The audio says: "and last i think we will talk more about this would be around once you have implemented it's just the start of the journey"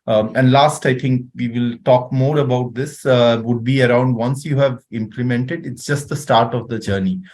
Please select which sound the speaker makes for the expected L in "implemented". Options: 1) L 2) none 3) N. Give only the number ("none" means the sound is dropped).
1